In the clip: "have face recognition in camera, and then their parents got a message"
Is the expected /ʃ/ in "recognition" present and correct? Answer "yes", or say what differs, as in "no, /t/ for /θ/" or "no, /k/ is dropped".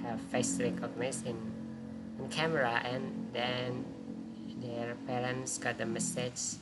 no, /s/ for /ʃ/